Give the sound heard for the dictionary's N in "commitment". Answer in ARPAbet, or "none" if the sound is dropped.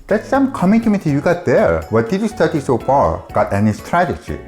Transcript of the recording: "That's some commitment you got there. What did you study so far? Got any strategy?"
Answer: none